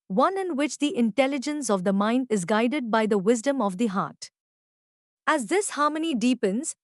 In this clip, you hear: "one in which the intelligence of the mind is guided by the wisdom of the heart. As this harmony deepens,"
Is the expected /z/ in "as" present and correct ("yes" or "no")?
yes